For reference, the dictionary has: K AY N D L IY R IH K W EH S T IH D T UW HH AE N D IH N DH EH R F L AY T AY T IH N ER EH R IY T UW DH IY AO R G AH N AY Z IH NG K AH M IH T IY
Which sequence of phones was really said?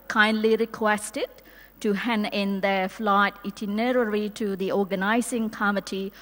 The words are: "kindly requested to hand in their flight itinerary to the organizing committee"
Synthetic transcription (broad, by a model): K AY N D L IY R IH K W EH S T IH D T UW HH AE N IH N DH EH F L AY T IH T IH N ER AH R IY T UW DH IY AO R G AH N AY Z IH NG K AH M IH T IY